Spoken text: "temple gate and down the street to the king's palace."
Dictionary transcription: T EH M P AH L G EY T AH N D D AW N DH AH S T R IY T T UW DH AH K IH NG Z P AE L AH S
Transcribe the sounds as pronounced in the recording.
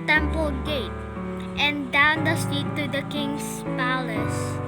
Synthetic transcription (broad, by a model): T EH M P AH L G EY T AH N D D AW N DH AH S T IY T T UW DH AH K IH NG S P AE L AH S